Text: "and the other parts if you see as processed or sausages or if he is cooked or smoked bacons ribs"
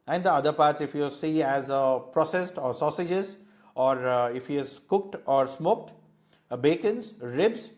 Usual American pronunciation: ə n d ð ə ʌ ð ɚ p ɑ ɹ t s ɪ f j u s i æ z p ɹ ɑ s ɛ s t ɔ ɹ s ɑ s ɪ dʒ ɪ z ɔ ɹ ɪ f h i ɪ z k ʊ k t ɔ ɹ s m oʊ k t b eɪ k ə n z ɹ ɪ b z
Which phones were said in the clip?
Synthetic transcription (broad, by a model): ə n d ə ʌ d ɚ p ɑ ɹ t s ɪ f j u s i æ z p ɹ ɑ s ɛ s t ɔ ɹ s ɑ s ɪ dʒ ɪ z ɔ ɹ ɪ f h i ɪ z k ʊ k t ɔ ɹ s m oʊ k t b eɪ k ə n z ɹ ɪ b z